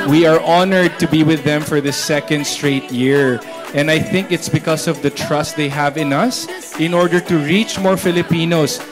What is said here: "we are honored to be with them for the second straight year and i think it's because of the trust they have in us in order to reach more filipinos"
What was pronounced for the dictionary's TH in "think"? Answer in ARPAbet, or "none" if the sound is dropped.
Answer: TH